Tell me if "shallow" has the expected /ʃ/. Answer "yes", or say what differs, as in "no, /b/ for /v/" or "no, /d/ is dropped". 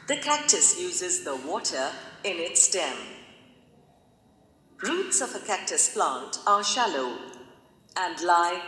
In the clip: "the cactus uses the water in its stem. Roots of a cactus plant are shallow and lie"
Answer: yes